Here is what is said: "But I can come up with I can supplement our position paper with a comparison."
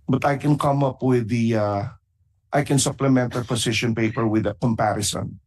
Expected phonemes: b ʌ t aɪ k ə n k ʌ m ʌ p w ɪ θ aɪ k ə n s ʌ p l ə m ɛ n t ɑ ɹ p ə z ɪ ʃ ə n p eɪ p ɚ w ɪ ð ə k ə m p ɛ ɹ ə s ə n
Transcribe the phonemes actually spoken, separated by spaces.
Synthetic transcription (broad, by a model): b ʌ t aɪ k ə n k ʌ m ʌ p w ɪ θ aɪ k ə n s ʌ p l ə m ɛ n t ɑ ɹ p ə s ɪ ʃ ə n p eɪ p ɚ w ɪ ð ə k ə m p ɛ ɹ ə s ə n